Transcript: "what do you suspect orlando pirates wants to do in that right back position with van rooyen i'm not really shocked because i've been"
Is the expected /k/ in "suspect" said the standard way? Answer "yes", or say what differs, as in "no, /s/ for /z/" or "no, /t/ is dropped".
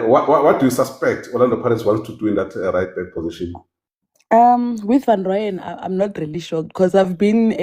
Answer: yes